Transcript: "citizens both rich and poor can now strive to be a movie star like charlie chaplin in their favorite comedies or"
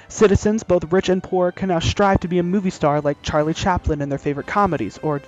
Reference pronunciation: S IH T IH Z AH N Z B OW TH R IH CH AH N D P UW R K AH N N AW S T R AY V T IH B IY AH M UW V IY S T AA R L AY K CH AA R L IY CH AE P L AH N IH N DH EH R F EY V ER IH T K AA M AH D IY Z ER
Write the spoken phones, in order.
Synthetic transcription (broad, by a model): S IH T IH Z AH N Z B OW TH R IH CH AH N P UW R K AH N N AW S T R AY V T IH B IY AH M UW V IY S T AA R L AY K CH AA R L IY CH AE P L AH N IH N DH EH R F EY V ER IH T K AA M AH D IY Z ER